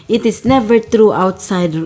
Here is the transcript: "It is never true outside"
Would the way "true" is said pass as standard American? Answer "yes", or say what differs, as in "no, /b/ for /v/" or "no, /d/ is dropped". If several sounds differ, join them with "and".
yes